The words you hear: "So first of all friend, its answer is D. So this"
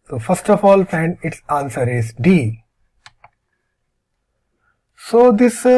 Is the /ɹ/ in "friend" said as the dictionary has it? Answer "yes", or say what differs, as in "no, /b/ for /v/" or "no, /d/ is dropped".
no, /ɹ/ is dropped